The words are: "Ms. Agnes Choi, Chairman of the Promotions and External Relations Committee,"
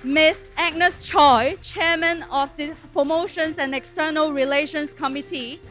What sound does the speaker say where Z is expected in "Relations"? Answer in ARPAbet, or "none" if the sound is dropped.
S